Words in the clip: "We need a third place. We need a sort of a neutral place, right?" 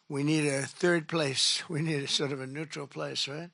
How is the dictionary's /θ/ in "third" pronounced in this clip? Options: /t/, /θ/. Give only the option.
/θ/